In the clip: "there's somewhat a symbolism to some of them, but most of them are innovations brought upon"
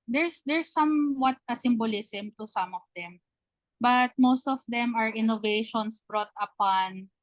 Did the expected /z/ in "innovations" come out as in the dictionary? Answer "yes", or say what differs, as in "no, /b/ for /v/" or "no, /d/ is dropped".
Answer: no, /s/ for /z/